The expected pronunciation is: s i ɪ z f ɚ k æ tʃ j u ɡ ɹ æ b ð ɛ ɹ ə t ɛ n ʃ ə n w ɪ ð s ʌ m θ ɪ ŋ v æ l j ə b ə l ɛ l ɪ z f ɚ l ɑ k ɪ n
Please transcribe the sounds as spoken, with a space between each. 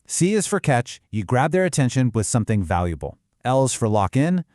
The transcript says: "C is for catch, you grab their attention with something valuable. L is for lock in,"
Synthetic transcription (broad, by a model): s i ɪ z f ɚ k æ tʃ j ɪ ɡ ɹ æ b ð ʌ ɹ ə t ɛ n ʃ ə n w ɪ ð s ʌ m θ ɪ ŋ v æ l j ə b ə l ɛ l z f ɚ l ɑ k ɪ n